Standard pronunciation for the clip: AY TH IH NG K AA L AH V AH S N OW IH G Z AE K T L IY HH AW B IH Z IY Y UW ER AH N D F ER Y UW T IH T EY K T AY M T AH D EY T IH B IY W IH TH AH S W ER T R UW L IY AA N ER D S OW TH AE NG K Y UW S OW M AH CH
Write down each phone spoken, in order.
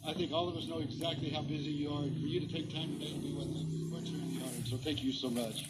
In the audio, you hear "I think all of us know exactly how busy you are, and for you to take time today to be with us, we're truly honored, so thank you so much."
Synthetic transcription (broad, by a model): AY TH IH NG K AA L AH V AH S N OW IH G Z AE K T L IY HH AW B IH Z IY Y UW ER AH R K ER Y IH T IH T EY K T AY M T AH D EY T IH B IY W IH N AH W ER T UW IY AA ER S OW TH AE NG K Y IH S OW M AH CH